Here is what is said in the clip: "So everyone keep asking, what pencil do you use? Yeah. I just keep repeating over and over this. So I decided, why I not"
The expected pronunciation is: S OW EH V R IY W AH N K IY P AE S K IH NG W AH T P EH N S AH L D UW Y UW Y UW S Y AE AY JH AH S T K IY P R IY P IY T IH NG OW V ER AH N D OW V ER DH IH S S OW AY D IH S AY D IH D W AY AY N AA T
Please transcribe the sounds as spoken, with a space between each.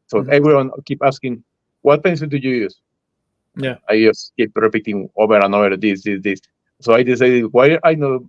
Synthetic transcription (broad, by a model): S OW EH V R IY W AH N K IY P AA S K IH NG W AH T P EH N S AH N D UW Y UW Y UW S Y AY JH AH S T K IY P R IY P IY T IH NG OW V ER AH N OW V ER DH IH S S OW AY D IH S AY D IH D W AY AY N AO